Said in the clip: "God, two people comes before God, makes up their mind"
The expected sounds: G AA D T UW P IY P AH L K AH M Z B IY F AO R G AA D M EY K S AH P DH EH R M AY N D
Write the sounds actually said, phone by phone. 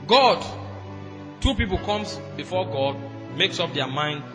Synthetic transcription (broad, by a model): G AA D T UW P IY P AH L K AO M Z B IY F AO G AA D M EY K S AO P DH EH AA M AY N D